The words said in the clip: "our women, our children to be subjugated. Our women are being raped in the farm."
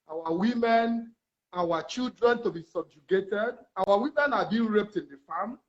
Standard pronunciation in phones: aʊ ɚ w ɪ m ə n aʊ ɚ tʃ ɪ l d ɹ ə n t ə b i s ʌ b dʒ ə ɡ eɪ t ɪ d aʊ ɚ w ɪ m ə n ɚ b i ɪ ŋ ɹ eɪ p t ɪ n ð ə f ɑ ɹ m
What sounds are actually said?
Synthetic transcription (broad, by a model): aʊ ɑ w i m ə n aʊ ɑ tʃ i l d ɹ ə n t ə b i s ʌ b dʒ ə ɡ eɪ t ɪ d aʊ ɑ w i m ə n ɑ b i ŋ ɹ eɪ p t ɪ n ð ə f ɑ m